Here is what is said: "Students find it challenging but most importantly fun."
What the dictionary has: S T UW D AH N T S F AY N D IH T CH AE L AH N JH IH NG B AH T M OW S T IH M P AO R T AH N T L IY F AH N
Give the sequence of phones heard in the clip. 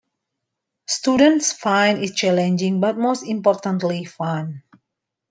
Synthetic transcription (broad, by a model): S T UW D AH N T S F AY N IH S CH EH L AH N JH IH NG B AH T M OW S T IH M P AO R T AH N T L IY F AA N